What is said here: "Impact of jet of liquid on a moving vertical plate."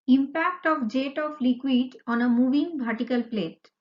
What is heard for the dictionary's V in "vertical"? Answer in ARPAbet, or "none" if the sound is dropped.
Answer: B